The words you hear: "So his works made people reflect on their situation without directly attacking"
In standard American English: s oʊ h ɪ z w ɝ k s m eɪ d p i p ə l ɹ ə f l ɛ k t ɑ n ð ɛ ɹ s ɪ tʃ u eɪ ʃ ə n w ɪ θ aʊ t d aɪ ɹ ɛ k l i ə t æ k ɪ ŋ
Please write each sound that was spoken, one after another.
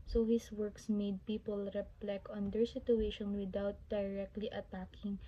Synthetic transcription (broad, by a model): s oʊ h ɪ s w ɝ k s m eɪ d p i p ə l ɹ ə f l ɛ k ɑ n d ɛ ɹ s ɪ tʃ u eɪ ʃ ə n w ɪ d aʊ t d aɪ ɹ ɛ k l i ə t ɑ k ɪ ŋ